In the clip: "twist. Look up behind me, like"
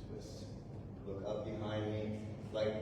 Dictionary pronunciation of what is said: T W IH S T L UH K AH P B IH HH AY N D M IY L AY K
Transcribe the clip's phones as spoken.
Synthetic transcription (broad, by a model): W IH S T L UH K AH P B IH HH AY N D M IY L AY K